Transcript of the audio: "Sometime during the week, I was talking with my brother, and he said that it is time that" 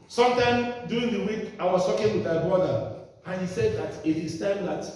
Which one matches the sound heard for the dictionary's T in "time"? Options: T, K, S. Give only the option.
T